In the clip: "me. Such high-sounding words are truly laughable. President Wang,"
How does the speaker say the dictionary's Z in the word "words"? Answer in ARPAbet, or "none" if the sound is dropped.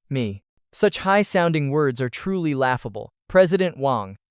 Z